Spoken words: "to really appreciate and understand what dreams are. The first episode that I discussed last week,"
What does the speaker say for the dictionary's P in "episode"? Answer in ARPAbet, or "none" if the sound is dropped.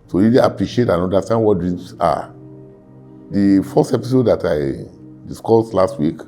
P